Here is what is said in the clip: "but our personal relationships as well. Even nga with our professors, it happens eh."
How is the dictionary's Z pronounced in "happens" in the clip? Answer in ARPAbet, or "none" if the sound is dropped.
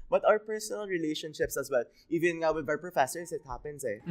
S